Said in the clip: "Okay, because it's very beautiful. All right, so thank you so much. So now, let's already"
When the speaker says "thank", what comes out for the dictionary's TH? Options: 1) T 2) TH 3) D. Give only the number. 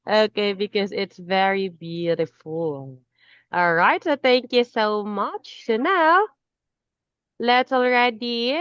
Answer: 2